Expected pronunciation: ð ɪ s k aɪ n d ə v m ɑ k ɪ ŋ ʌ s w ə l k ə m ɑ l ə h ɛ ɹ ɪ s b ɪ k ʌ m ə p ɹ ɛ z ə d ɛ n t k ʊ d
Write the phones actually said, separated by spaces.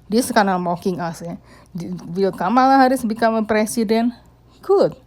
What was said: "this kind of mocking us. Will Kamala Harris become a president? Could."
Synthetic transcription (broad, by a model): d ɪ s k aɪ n ə m ɑ k ɪ ŋ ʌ s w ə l k ə m ɑ l ə h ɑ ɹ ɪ s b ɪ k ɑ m ə p ɹ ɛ s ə d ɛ n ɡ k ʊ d